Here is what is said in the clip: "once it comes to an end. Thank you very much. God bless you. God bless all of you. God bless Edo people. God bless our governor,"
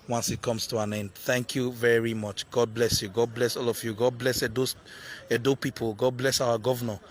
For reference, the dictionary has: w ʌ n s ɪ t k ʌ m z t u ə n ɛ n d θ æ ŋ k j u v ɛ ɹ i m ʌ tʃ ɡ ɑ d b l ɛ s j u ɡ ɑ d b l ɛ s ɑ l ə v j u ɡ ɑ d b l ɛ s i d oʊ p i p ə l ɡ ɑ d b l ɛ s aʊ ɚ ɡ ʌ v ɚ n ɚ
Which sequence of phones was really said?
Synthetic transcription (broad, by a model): w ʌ n s ɪ t k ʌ m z t u ə n ɛ n d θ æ ŋ k j u v ɛ ɹ i m ʌ tʃ ɡ ɑ d b l ɛ s j u ɡ ɑ d b l ɛ s ɑ l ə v j u ɡ ɑ d b l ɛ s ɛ d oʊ p i p ə l ɡ ɑ d b l ɛ s aʊ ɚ ɡ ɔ v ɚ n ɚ